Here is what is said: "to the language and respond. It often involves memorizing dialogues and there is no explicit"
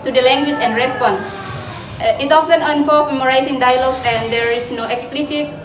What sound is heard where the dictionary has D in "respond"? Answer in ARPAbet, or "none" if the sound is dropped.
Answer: none